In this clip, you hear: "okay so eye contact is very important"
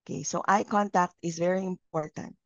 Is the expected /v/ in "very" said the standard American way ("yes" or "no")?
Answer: yes